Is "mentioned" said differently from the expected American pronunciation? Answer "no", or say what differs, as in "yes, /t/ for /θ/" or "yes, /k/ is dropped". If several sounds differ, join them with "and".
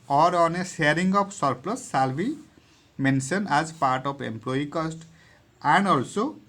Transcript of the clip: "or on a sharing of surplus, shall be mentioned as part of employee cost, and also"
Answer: yes, /s/ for /ʃ/ and /d/ is dropped